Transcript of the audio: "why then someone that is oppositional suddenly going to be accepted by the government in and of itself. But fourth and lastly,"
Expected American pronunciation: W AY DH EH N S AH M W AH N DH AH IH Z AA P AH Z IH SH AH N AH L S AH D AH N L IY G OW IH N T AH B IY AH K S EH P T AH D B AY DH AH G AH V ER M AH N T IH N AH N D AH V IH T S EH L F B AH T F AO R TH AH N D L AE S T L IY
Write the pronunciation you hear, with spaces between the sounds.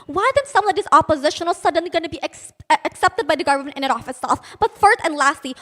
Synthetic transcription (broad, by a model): W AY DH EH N S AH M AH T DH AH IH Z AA P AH Z IH SH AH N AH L S AH D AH N L IY G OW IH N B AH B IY AH K S EH P T AH D B AY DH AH G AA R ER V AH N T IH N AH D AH F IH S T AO F B AH T F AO R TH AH N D L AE S T L IY